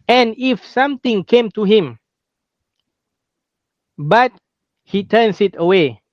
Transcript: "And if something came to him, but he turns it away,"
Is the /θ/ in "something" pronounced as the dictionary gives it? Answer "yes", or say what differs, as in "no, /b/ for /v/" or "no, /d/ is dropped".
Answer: no, /t/ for /θ/